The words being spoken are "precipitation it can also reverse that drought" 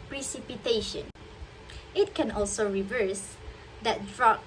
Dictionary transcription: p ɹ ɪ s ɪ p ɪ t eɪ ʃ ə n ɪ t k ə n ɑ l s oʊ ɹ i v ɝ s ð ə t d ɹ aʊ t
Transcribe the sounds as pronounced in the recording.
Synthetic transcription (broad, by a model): p ɹ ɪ s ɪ p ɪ t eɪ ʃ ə n ɪ t k ə n ɑ l s oʊ ɹ i v ɝ s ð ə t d ɹ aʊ